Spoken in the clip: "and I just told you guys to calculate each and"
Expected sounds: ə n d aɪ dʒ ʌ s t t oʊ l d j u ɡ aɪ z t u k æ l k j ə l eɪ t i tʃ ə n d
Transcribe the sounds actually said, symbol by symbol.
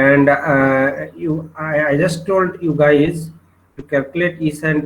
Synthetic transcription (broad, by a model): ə n d aɪ dʒ ʌ s t t oʊ l d j u ɡ aɪ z t u k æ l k j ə l eɪ t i s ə n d